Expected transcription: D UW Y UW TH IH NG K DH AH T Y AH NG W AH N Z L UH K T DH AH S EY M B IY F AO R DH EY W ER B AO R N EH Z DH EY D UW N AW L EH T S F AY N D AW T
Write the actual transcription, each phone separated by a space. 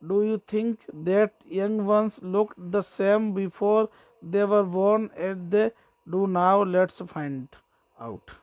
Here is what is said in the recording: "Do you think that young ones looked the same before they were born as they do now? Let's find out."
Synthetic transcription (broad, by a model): D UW Y UW T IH NG K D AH T Y AH NG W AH N S L UH K T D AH S EY M B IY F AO R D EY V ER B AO R N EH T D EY D UW N AW L EH T S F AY N D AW T